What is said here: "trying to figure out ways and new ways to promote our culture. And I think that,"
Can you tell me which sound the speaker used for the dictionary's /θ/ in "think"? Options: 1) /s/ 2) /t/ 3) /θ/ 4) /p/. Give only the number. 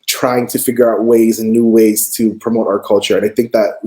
3